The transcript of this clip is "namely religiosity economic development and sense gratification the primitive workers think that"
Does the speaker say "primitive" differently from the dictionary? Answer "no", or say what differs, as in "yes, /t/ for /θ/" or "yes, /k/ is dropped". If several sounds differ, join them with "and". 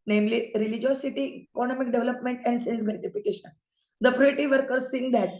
yes, /m/ is dropped